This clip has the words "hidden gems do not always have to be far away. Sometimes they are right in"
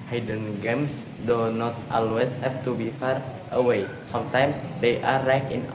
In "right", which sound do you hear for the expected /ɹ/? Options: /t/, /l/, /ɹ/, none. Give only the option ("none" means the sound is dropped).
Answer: /l/